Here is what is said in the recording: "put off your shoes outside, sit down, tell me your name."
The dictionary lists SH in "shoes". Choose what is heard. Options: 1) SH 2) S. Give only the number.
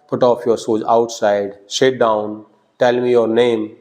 2